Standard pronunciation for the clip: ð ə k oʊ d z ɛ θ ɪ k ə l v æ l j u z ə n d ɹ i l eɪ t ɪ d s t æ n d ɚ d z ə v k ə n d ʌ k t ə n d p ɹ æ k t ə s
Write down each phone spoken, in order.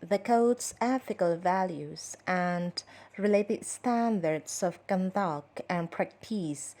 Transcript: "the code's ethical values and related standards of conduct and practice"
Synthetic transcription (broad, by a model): ð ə k oʊ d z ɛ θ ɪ k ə l v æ l j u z ə n d ɹ i l eɪ t ɪ d s t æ n d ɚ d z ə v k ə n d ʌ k ə n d p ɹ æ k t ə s